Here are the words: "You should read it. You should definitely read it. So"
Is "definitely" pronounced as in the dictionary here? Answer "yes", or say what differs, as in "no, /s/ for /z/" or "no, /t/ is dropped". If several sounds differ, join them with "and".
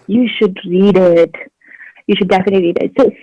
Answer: yes